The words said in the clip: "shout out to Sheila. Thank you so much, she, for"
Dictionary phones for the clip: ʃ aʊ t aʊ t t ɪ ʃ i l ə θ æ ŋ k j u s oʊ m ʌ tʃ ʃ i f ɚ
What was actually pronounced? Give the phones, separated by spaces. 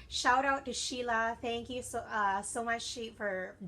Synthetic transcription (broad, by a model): ʃ aʊ t aʊ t t ɪ ʃ i l ə θ æ ŋ k j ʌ s oʊ m ʌ tʃ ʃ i f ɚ